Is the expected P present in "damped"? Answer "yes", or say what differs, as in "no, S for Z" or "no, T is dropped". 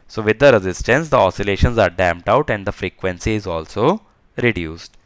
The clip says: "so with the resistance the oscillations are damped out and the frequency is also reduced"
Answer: yes